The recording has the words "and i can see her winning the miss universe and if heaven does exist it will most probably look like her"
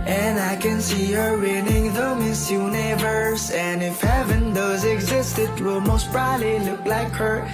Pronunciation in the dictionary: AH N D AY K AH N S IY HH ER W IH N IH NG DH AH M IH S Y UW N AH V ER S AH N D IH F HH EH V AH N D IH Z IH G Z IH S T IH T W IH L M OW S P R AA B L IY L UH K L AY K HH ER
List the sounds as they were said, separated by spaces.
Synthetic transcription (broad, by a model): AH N AY K AH N S IY HH ER W IH N IH NG DH AH M IH S Y UW N AH V ER S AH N IH F HH EH V AH N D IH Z IH G Z IH S T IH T W IH L M OW S B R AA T L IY L UH K L AY K HH ER